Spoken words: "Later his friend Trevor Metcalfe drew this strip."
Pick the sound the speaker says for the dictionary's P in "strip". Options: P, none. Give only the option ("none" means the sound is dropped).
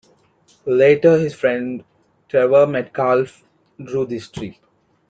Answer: none